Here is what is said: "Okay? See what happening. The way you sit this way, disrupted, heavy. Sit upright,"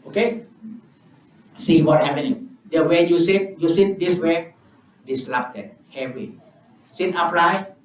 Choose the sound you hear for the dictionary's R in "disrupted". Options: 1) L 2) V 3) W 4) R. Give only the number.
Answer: 1